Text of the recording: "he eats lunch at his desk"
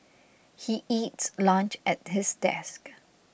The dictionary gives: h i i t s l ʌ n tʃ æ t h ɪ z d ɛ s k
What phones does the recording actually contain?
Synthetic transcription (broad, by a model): h i i t s l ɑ n tʃ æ t h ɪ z d ɛ s k